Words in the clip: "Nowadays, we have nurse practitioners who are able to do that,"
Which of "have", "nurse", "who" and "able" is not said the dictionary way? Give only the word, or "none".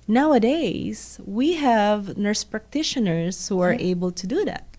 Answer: none